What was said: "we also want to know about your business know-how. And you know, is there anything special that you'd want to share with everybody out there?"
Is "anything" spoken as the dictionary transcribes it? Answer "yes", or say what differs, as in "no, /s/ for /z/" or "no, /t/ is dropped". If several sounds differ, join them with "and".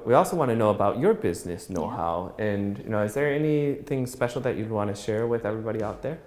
yes